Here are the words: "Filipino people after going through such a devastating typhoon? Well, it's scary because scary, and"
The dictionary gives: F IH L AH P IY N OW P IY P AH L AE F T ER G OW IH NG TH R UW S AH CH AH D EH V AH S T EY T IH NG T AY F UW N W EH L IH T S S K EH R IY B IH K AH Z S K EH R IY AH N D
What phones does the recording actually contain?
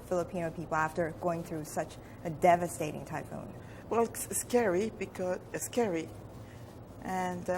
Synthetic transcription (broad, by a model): F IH L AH P IY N OW P IY P L AE F T ER G OW IH NG TH R UW S AH CH AH D EH V AH S T EY T IH NG T AY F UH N W EH L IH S S K EH R IY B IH K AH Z S K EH R IY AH N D